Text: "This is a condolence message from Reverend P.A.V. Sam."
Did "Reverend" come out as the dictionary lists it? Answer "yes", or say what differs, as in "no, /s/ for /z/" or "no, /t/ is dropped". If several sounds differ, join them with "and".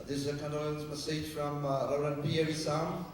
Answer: no, /v/ is dropped